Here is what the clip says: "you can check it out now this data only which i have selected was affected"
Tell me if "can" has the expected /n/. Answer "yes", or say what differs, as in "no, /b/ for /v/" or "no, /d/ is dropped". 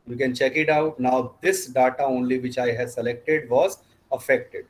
yes